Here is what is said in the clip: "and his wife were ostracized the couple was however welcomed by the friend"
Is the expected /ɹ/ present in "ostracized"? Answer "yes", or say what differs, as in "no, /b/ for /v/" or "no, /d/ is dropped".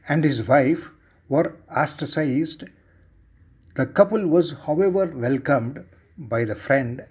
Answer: no, /ɹ/ is dropped